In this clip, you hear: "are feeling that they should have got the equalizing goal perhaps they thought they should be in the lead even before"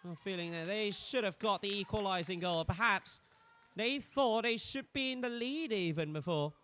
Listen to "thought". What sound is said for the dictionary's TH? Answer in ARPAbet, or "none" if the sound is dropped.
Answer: TH